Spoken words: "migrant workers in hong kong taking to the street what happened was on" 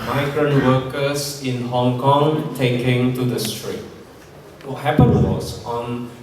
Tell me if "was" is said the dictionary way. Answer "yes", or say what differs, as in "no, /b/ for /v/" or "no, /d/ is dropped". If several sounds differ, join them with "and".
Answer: no, /s/ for /z/